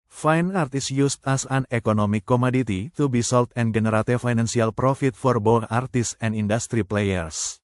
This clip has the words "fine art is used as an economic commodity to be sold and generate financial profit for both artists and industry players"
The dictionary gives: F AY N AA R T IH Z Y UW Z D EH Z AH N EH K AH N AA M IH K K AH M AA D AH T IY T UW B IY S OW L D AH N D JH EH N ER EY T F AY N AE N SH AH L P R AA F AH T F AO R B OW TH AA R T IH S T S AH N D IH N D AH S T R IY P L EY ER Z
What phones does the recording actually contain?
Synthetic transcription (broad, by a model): F AY N AA R T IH S Y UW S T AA S AH N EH K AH N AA M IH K K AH M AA D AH T IY T UW B IY S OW L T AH N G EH N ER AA T F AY N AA N S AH L P R AA F AH T F AO R B OW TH AA R T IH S S AH N D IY N D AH S T R IY P L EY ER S